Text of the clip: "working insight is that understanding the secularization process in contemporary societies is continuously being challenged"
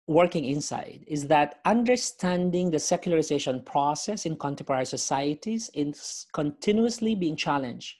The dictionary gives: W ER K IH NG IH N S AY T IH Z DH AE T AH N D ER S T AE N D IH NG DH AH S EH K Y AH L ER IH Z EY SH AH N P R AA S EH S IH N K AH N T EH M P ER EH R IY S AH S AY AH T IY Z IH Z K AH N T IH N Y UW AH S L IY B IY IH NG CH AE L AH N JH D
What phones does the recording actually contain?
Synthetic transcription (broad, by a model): W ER K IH NG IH N S AY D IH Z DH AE T AH N D ER S T AE N D IH NG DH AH S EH K Y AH L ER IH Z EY SH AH N P R AA S EH S IH N K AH N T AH P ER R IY S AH S AY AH T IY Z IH S K AH N T IH N Y UW AH S L IY B IY IH NG CH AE L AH N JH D